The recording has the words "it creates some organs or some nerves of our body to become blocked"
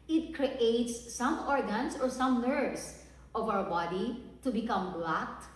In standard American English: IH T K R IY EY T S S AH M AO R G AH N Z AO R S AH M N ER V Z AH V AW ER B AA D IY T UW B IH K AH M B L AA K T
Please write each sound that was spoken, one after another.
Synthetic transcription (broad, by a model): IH T K R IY EY T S S AH M AO R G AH N S AO R S AH M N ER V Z AH V AW ER B AA D IY T UW B IH K AH M B L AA K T